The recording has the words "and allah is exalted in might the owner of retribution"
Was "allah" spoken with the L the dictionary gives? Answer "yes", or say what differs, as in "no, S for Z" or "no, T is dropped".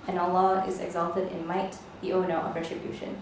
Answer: no, L is dropped